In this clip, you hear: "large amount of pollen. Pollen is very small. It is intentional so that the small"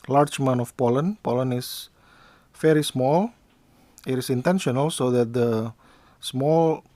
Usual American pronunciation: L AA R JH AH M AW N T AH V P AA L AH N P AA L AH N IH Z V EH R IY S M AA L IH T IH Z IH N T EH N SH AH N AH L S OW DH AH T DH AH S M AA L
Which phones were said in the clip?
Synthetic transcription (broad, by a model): L AA R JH M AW N AH F P AA L AH N P AA L AH N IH S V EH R IY S M AA L IH T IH S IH N T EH N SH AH N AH L S OW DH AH T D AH S M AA L